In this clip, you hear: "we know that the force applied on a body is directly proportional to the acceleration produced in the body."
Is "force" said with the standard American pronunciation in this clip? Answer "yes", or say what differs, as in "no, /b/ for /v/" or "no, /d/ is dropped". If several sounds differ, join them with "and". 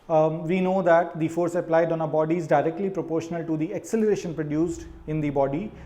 yes